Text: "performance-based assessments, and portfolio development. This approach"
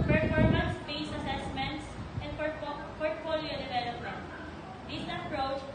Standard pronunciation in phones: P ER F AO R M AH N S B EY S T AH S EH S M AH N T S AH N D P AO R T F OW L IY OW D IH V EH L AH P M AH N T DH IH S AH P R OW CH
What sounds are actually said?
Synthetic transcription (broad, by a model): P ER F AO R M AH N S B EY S AH S EH S M AH N T S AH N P P AO R T F OW L IY OW D IH V EH L AH P M AH N T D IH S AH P R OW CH